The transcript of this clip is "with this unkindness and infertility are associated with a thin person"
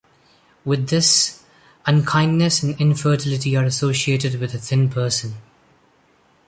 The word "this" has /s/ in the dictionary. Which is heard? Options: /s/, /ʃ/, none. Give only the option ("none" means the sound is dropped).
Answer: /s/